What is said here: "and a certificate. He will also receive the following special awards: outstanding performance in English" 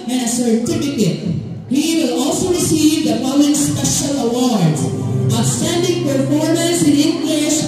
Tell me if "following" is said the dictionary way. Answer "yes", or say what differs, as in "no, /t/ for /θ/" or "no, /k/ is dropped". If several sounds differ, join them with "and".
no, /p/ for /f/